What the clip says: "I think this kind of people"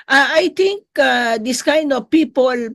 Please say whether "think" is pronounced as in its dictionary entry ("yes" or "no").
no